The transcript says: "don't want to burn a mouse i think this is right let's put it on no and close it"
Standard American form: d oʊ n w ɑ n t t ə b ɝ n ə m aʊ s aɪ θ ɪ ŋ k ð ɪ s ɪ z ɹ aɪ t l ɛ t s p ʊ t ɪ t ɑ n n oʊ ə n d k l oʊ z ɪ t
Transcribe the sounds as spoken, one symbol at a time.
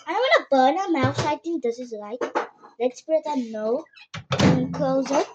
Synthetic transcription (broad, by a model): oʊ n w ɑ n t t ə b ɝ n ə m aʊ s aɪ t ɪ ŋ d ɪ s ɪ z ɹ aɪ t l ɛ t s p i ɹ ɪ t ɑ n n oʊ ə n k l oʊ z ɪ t